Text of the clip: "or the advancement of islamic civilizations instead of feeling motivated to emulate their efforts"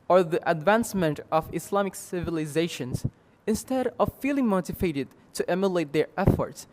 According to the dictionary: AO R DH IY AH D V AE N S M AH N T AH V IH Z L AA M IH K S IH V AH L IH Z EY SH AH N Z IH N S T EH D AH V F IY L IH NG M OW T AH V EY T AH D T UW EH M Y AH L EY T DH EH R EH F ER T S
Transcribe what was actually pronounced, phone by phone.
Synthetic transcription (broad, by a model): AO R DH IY AH D V AE N S M AH N T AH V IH S L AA M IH K S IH V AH L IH Z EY SH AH N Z IH N S T EH D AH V F IY L IH NG M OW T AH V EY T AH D T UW EH M Y AH L EY T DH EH R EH F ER T S